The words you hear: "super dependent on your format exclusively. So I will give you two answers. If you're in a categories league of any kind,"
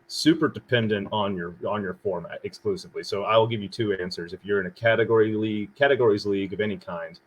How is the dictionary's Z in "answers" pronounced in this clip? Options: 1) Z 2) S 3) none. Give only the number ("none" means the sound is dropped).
1